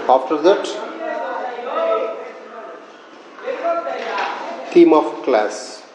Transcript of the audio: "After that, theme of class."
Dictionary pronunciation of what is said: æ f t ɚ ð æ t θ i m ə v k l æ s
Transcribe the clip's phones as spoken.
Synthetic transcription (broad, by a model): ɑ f t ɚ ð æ t t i m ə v k l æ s